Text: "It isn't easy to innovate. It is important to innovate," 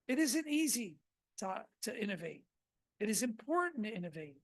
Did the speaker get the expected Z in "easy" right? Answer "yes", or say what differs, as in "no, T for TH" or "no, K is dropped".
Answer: yes